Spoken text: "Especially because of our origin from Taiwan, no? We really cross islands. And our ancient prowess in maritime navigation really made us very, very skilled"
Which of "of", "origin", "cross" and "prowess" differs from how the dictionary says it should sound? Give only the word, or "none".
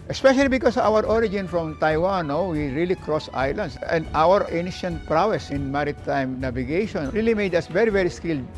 of